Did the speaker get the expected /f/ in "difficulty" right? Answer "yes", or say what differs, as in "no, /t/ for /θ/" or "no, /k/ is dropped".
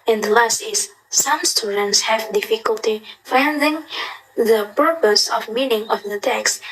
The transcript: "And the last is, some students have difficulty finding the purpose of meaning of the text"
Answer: yes